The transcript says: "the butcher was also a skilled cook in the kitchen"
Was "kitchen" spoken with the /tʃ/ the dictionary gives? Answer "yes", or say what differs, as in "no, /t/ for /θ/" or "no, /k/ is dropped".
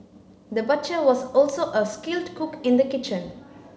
yes